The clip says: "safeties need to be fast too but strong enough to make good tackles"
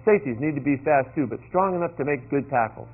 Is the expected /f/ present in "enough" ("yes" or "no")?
yes